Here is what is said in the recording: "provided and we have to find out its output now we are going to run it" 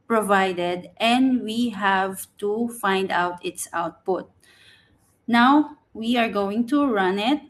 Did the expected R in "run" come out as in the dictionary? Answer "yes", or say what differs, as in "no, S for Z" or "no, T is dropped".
yes